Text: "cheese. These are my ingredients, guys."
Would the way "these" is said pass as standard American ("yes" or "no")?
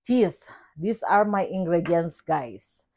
no